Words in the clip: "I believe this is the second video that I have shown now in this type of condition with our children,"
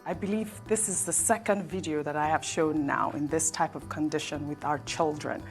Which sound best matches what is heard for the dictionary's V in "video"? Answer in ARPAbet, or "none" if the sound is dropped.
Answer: V